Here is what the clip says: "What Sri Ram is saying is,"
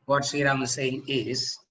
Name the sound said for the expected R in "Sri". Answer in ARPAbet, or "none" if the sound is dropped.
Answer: none